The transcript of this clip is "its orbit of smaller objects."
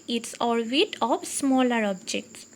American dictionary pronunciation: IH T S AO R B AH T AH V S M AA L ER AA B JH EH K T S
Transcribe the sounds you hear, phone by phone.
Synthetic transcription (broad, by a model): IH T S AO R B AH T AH P S M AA L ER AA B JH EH K T S